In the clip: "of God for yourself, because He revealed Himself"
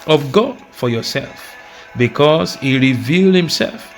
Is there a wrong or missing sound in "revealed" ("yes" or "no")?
no